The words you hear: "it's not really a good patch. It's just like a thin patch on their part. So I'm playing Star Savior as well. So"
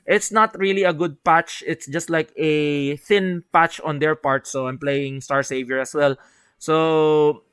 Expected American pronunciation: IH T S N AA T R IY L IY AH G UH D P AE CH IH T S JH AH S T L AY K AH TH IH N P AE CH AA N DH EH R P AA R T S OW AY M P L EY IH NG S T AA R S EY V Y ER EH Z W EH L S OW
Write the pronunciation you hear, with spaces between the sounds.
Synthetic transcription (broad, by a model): IH T S N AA T R IY L IY AH G UH D P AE CH IH T S JH AH S T L AY K AH TH IH N P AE CH AA N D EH R P AA R T S OW AY M P L EY IH NG S T AA R S EY V Y ER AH S W EH L S OW